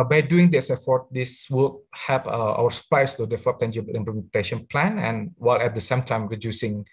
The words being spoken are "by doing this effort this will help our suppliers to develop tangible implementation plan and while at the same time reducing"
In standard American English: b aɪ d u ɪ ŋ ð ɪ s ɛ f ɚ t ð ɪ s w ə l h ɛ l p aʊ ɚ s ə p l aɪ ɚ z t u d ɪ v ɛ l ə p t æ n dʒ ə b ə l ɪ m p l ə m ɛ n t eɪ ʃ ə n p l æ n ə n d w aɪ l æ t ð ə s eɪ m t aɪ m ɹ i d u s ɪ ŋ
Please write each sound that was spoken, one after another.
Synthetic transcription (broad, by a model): b aɪ d u ɪ ŋ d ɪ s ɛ f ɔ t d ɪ s w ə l h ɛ p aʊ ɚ s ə p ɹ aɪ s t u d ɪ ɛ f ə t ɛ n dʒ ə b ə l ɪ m p l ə m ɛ n t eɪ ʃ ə n p l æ n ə n w aɪ l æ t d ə s eɪ m t aɪ m ɹ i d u s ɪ ŋ